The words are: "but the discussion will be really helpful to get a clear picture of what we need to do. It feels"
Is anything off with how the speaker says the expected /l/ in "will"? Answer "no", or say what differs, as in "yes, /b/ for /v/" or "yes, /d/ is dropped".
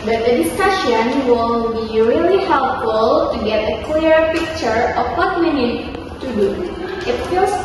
yes, /n/ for /l/